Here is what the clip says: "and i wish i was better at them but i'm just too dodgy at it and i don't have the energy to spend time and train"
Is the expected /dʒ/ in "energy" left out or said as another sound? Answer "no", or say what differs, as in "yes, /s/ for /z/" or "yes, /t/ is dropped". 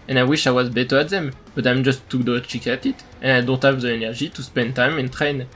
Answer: yes, /ʒ/ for /dʒ/